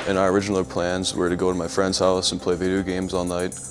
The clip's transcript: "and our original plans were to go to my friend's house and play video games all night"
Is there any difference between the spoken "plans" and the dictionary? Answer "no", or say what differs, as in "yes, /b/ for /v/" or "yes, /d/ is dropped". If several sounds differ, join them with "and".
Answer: no